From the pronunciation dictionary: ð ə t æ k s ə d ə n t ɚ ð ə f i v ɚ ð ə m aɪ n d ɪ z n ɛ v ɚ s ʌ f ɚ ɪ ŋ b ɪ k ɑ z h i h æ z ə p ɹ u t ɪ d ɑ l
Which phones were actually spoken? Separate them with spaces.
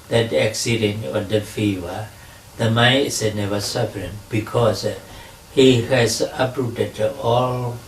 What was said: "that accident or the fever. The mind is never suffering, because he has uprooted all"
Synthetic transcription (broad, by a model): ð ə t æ k s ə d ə n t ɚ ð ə f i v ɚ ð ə m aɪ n ɪ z n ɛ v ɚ s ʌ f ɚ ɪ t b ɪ k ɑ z h i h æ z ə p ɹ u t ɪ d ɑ l